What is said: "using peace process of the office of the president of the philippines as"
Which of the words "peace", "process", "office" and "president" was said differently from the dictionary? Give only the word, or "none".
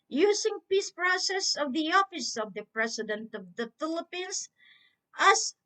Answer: president